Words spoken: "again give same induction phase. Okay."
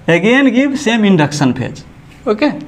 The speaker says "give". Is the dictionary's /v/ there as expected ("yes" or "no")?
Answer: no